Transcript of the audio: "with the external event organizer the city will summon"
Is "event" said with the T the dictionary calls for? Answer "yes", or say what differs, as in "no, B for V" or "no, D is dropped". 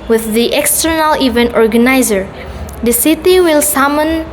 yes